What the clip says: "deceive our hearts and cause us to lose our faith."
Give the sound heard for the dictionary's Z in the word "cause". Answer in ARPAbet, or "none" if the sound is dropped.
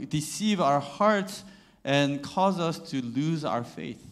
Z